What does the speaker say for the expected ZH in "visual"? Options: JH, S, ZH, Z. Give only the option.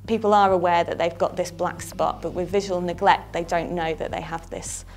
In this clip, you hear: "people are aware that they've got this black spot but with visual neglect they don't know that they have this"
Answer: ZH